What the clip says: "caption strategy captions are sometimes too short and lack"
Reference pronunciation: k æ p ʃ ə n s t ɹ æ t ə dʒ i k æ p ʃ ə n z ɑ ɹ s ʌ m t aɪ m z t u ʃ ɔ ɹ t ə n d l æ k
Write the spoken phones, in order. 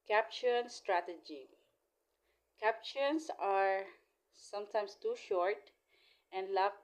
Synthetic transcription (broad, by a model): k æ p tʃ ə n s t ɹ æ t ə dʒ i k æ p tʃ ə n s ɑ ɹ s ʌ m t aɪ m s t u ʃ ɔ ɹ t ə n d l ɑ